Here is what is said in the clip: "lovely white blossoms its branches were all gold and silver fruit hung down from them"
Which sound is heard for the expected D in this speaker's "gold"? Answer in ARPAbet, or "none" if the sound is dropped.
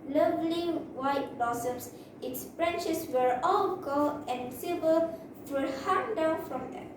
none